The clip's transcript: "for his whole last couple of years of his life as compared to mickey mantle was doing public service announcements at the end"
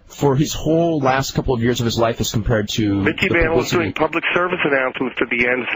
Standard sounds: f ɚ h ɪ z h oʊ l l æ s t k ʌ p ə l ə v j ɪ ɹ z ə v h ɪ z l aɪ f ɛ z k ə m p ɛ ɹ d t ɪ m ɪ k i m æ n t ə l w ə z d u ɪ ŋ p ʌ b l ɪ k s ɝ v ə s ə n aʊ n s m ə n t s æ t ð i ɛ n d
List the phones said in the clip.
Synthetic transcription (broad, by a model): f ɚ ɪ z h oʊ l l æ s t k ʌ p l ə v j ɪ ɹ z ə v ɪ z l aɪ f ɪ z k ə m p ɛ ɹ d t ɪ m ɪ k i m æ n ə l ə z d u ɪ ŋ p ʌ b l ɪ k s ɝ v ə s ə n aʊ n s m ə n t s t ð i ɛ n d